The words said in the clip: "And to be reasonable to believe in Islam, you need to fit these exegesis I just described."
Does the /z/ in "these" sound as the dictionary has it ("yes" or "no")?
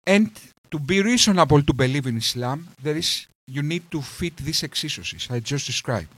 no